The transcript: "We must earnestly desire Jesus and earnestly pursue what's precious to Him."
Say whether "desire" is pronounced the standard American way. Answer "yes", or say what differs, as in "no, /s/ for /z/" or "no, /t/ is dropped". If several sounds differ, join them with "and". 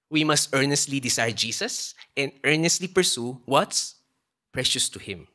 no, /s/ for /z/